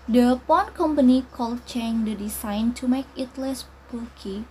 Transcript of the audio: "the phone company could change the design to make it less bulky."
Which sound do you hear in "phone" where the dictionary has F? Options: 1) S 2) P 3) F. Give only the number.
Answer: 2